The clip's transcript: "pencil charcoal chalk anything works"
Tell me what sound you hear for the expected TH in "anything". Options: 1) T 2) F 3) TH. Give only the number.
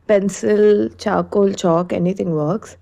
1